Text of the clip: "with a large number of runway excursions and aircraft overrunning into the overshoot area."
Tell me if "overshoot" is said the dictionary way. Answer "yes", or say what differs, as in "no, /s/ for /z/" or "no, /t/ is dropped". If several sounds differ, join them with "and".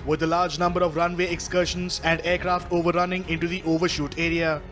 yes